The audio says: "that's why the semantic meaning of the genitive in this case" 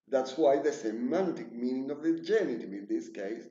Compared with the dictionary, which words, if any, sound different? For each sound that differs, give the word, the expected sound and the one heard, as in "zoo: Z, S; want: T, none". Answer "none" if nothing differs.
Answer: genitive: V, none